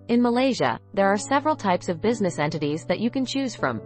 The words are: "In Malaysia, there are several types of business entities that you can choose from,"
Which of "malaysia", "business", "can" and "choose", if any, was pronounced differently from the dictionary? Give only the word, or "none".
none